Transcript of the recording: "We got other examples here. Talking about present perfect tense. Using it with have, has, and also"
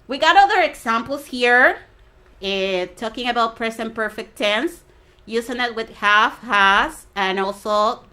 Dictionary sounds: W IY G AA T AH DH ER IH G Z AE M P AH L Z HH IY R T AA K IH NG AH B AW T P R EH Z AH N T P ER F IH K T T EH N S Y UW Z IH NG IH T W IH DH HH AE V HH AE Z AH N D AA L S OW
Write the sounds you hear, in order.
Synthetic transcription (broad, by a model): W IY G AA T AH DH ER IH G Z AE M P L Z HH IY R T AA K IH NG AH B AW T P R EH S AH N P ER F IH K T T EH N S Y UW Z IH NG IH T W IH DH HH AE F HH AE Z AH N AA L S OW